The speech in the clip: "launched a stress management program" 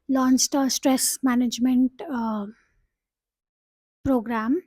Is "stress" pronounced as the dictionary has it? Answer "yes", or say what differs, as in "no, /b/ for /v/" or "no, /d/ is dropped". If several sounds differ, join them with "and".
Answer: yes